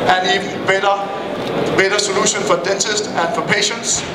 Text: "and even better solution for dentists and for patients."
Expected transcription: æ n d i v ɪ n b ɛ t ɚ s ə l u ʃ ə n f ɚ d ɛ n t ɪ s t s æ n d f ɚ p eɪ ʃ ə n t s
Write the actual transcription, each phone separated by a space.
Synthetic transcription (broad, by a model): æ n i b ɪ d b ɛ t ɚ s ə l u ʃ ə n f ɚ d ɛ n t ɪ s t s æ n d f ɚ p eɪ ʃ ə n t s